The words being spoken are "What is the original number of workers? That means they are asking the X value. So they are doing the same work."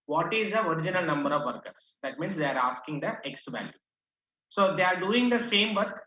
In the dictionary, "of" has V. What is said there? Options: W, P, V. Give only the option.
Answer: V